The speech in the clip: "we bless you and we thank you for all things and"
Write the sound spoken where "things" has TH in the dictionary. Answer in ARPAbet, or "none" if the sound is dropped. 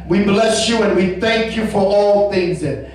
TH